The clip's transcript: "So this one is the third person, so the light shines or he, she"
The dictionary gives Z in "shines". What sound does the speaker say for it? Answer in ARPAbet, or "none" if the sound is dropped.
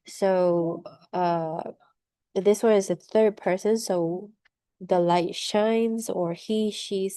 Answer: Z